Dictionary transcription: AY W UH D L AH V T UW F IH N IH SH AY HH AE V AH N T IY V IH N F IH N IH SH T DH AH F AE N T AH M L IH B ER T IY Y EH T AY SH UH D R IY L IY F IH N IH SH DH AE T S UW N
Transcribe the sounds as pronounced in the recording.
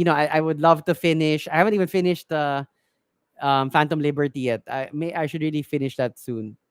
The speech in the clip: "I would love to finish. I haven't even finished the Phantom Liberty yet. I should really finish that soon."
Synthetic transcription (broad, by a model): AY W UH D L AH V T UW F IH N IH SH AY HH AE V AH N T IY V IH N F IH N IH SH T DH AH F AE N T AH M L IH B ER T IY Y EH T AY SH UH D R IY L IY F IH N IH SH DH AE T S UW N